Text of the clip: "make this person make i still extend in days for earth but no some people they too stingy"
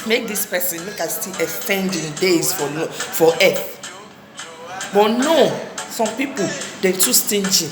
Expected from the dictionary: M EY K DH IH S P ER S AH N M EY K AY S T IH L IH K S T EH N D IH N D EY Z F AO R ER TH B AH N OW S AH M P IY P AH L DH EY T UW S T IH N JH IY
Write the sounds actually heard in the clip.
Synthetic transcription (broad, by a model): M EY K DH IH S P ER S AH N M EY K AY S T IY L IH S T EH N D IH N D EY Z F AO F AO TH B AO N OW S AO M P IY P AH L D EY T UW S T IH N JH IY